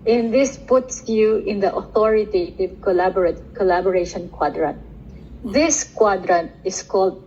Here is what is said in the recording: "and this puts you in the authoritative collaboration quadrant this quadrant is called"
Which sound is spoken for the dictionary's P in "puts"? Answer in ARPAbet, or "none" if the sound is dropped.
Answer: P